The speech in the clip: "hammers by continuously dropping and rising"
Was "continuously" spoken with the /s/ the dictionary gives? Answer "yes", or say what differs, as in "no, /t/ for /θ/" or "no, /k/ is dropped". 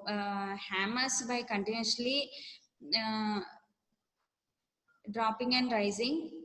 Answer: no, /s/ is dropped